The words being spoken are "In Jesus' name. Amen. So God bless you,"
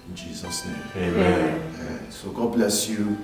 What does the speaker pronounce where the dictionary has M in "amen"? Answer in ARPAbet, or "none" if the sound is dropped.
none